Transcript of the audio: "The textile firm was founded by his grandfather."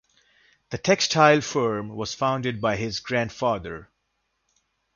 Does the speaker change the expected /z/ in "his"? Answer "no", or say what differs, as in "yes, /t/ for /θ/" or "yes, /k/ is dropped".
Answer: no